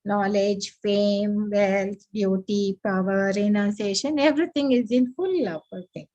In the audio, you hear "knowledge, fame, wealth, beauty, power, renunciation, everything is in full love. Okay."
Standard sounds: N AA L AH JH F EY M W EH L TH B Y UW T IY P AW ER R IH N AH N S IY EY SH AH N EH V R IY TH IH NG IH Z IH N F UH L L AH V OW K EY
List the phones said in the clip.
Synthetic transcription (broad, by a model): N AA L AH JH F EY M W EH L T B Y UW T IY P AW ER R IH N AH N S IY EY SH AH N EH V R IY T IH NG IH Z IH N F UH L L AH F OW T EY